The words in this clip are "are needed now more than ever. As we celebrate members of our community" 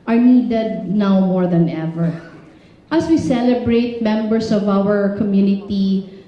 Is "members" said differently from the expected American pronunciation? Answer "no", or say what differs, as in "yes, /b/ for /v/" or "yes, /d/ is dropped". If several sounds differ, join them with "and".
yes, /s/ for /z/